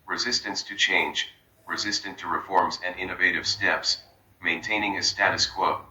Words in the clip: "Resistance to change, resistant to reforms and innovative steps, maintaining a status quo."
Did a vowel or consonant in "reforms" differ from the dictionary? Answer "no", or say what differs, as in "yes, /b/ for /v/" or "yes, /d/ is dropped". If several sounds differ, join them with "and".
no